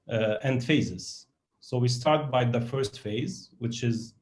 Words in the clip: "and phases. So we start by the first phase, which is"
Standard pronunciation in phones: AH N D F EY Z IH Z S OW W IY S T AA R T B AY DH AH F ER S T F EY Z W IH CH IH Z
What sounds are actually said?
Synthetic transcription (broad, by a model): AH N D F EY Z IH Z S OW W IY S T AA R T B AY DH AH F ER S T F EY Z W IH CH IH Z